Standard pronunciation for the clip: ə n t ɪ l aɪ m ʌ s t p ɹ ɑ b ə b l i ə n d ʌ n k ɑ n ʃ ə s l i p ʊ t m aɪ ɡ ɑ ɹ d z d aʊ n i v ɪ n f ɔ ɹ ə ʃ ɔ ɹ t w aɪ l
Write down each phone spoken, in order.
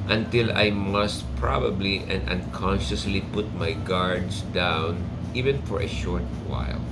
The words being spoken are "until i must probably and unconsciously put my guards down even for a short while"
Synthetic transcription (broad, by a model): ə n t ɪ l aɪ m ʌ s t p ɹ ɑ b ə b l i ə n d ʌ n k ɑ n ʃ ə s l i p ʊ t m aɪ ɡ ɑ ɹ d s d aʊ n i v ɪ n f ɔ ɹ ə ʃ ɔ ɹ t w aɪ l